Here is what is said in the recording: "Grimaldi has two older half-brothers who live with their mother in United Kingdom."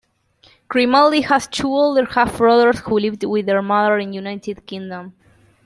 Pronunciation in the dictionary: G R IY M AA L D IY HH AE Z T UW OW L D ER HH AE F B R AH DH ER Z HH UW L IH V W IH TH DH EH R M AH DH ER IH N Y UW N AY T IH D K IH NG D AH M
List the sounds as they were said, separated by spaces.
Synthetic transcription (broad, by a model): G R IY M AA L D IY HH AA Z T UW OW L D ER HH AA F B R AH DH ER S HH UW L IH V W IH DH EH R M AH DH ER IH N Y UW N AY T IH D K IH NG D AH M